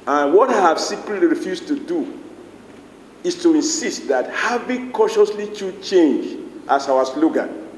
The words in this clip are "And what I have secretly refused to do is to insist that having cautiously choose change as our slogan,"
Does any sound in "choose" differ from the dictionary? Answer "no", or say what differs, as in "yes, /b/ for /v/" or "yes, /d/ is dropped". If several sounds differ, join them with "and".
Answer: yes, /z/ is dropped